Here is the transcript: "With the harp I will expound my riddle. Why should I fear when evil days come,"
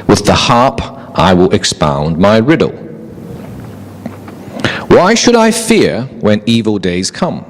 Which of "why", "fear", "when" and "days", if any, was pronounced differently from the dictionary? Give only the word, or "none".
none